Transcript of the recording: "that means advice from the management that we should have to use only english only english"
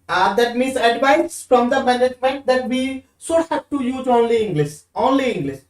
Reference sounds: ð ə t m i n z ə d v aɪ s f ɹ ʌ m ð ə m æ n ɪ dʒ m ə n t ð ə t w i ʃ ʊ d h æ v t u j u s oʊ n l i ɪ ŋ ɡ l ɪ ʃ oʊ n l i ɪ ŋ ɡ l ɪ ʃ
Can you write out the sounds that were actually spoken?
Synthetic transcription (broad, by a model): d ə t m i n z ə d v aɪ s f ɹ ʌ m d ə m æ n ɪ dʒ m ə n t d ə t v i s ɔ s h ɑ p t u j u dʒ oʊ n l i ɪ ŋ ɡ l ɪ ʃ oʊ n l i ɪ ŋ ɡ l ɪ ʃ